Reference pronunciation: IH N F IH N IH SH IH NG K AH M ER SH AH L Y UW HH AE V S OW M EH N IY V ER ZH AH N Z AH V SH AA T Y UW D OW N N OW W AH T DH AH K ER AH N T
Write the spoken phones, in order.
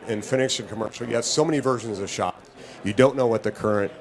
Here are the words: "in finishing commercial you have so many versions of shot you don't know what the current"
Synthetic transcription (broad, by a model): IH N F IH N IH S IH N K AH M ER SH L Y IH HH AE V S OW M EH N IY V ER ZH AH N Z AH V SH AA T Y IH D OW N N OW W AH T DH AH K ER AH N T